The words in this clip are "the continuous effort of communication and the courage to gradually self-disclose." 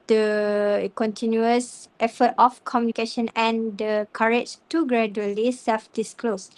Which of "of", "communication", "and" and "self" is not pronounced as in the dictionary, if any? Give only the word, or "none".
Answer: of